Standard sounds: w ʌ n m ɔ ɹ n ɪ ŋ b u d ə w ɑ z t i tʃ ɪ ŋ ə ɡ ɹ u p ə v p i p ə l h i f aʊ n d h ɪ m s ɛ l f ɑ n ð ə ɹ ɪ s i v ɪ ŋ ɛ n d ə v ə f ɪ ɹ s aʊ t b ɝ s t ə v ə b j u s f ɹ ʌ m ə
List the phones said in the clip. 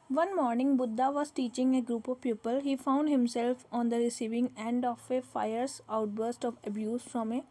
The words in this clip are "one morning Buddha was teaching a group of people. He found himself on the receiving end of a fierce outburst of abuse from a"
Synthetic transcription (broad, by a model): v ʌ n m ɔ ɹ n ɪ ŋ b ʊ d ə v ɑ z t i tʃ ɪ ŋ ə ɡ ɹ u p ə v p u p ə l h i f aʊ n d h ɪ m s ɛ l f ɑ n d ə ɹ ɪ s i v ɪ ŋ ɛ n d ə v ə f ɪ ɹ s aʊ t b ɝ s t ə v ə b j u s f ɹ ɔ m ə